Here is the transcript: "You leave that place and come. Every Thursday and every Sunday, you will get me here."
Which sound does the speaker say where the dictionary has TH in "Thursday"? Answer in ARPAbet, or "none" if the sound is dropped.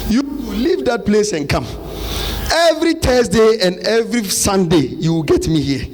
T